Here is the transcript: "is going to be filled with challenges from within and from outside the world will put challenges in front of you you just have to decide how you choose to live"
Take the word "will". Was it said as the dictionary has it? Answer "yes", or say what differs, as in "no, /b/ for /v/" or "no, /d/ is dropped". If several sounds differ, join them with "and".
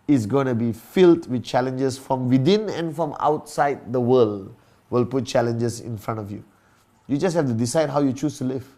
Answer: yes